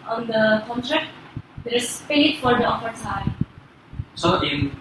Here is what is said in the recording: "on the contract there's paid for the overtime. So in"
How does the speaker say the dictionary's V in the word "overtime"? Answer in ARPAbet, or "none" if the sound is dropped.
F